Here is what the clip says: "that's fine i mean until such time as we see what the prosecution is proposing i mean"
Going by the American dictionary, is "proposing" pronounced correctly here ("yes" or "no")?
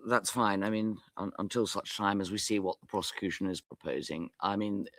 yes